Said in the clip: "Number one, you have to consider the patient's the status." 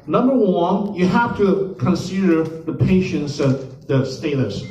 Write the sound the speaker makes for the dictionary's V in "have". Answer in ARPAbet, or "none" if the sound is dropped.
F